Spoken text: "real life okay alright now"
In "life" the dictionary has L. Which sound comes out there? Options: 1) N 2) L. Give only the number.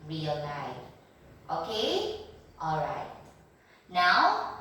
1